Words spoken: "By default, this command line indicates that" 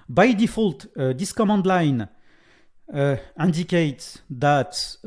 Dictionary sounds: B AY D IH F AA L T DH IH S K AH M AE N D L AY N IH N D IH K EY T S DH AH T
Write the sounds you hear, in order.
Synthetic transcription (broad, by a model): B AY D IH F AA L T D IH S K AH M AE N D L AY N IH N D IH K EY T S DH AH T